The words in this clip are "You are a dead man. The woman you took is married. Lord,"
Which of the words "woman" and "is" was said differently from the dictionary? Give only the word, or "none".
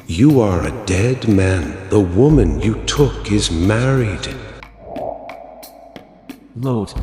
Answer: none